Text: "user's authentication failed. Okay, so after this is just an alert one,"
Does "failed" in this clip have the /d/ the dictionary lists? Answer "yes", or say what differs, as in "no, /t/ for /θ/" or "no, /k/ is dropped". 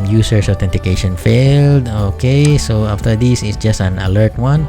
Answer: yes